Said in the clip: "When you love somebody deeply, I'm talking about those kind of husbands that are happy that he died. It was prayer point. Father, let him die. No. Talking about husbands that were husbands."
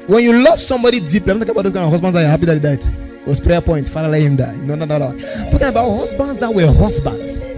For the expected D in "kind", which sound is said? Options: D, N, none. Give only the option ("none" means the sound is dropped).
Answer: none